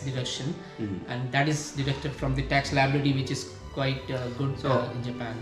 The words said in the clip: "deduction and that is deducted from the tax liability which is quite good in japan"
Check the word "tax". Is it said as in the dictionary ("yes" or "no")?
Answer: yes